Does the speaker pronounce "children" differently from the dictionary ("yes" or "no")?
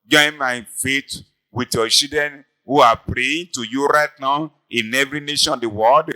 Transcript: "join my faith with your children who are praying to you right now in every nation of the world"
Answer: yes